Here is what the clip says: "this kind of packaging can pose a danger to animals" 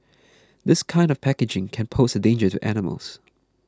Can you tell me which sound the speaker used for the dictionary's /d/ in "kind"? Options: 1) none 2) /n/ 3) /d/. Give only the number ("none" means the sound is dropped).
3